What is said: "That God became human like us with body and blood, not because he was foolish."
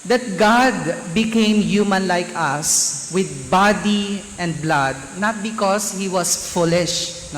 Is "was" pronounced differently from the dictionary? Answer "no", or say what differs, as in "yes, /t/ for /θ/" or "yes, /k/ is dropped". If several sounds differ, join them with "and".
yes, /s/ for /z/